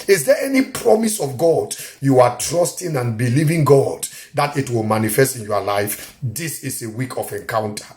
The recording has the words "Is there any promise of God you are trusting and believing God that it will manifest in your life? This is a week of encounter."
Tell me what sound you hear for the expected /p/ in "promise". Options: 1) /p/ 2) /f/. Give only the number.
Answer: 1